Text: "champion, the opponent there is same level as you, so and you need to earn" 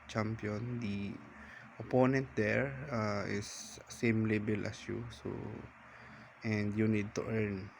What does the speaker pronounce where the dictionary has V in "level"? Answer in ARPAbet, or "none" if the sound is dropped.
B